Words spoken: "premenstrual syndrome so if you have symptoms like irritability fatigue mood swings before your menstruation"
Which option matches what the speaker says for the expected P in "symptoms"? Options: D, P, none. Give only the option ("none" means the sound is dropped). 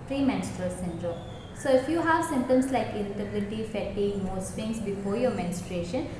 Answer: none